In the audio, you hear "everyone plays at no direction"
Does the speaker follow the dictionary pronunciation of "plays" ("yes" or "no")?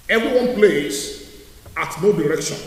no